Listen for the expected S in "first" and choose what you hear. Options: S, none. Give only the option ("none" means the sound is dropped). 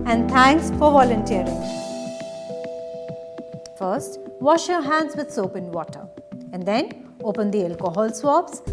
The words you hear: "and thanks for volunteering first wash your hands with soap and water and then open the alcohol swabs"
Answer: S